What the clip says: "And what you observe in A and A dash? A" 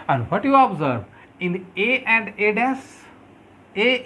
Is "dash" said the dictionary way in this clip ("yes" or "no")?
no